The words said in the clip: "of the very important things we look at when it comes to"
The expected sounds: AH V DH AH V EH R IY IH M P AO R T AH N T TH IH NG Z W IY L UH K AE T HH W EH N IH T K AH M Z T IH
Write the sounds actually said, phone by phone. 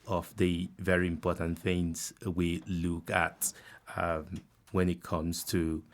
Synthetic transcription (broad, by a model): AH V DH AH V EH R IY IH M P AO R T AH N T TH IH NG Z W IY L UH K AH T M W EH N IH T K AH M Z T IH